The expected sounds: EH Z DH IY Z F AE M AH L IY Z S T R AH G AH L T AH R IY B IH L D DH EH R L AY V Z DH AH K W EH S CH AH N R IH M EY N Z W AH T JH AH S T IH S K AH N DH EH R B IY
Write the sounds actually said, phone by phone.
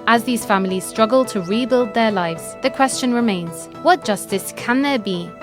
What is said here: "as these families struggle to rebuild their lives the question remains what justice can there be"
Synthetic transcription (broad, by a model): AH Z DH IY Z F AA M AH L IY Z S T R AH G AH L T AH R IY B IH L D DH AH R L AY V Z DH AH K W EH S CH AH N R IH M EY N Z W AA T JH AH S T IH S K AH N DH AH B IY